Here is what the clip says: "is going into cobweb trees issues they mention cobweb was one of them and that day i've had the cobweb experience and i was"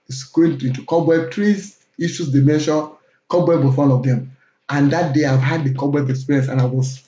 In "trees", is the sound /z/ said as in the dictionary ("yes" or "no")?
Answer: no